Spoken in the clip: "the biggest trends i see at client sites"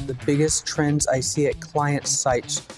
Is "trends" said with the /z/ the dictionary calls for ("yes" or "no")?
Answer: yes